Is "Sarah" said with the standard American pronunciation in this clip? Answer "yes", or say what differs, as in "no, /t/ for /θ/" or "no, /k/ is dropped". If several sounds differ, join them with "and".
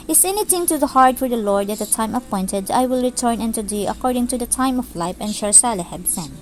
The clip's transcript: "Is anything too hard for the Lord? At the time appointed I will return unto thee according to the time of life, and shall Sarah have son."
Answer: no, /l/ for /ɹ/